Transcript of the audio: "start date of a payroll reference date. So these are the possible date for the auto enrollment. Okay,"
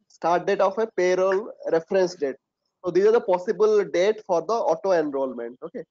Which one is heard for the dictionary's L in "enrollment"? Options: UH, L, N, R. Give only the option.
L